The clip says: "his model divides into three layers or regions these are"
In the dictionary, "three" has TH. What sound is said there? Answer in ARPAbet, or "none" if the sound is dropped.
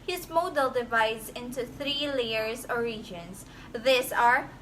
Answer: TH